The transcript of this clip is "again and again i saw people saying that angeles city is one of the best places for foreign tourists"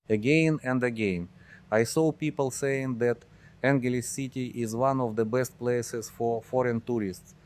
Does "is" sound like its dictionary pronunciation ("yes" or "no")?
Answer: yes